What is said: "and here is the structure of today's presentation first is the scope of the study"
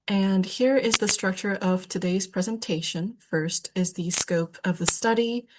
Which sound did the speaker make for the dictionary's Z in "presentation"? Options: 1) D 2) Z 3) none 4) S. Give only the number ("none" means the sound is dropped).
2